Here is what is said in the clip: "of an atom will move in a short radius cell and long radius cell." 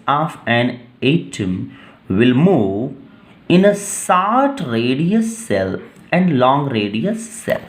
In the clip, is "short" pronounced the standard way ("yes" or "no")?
no